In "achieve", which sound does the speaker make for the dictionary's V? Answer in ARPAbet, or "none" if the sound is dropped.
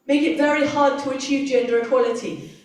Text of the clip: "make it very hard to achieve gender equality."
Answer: V